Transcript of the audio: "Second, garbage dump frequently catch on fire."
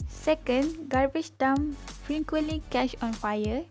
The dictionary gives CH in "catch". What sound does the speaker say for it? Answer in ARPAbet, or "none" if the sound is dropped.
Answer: SH